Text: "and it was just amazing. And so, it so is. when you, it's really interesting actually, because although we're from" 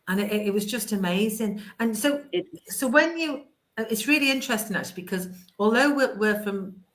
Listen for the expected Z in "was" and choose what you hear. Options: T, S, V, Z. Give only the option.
Z